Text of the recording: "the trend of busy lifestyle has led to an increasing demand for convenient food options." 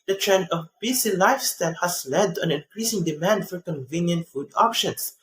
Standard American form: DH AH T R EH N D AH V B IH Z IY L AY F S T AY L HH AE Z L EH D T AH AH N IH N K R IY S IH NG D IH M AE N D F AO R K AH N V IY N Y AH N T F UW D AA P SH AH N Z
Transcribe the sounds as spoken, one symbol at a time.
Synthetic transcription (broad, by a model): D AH T R EH N D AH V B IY S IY L AY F S T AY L HH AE S L EH D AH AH N IH N K R IY S IH NG D IH M AE N D F AO R K AH N V IY N Y AH N T F UW D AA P SH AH N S